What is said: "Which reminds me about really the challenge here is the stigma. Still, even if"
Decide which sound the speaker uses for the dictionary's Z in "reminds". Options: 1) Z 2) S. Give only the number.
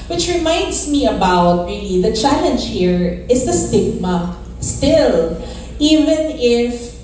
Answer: 2